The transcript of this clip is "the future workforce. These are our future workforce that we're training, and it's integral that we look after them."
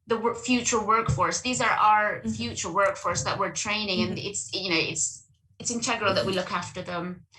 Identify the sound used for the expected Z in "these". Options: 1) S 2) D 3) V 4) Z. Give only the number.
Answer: 4